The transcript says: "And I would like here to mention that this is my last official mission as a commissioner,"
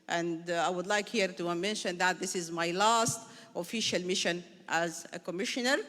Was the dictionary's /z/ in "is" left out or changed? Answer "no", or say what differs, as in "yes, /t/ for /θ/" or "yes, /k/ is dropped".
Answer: no